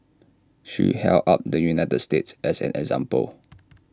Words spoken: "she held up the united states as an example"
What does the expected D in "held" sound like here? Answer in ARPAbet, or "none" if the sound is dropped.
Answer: none